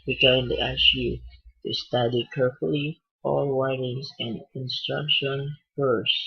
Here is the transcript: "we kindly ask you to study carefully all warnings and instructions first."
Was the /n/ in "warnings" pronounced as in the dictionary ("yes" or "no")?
no